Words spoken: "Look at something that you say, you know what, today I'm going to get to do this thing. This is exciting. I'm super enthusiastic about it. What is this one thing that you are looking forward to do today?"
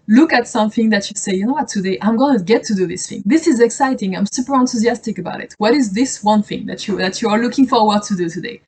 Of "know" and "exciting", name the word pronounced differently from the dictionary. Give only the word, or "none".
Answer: none